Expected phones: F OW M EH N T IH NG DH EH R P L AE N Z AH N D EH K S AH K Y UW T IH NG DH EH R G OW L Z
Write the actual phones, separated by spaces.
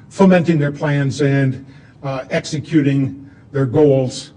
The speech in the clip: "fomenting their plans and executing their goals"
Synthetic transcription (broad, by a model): F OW M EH N T IH NG DH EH R P L AE N Z AH N D EH K S AH K Y UW T IH NG DH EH R G OW L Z